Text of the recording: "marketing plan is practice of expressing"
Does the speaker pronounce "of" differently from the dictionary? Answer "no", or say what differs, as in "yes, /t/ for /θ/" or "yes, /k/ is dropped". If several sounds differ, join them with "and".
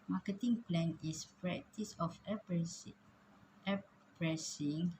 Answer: yes, /f/ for /v/